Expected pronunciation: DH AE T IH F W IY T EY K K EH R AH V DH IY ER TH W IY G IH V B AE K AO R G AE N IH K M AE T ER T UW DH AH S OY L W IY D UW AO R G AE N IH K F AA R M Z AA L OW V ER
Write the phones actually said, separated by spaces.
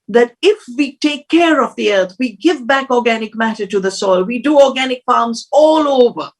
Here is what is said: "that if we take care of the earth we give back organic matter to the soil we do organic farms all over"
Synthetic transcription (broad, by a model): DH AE T IH F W IY T EY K K EH R AH V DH IY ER T W IY G IH V B AE K AO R G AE N IH K M AE T ER T UW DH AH S OY L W IY D UW AO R G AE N IH K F AA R M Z AA L OW V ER